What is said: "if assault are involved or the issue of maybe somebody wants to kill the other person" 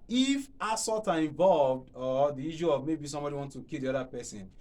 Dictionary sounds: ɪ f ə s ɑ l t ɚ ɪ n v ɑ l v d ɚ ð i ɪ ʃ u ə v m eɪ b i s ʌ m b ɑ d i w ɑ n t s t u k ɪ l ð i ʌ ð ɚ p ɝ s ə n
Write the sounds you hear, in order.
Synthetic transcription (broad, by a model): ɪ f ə s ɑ t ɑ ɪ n v ɑ l v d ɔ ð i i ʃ u ə v m eɪ b i s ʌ m b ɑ d i w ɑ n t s t u k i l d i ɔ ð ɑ p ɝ s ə n